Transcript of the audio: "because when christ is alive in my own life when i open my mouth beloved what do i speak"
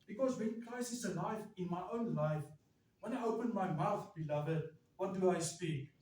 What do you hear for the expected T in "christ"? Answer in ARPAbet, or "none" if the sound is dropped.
none